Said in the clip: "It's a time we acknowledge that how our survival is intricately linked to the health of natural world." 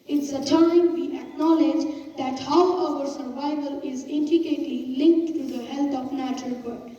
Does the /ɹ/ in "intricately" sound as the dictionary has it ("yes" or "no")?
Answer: no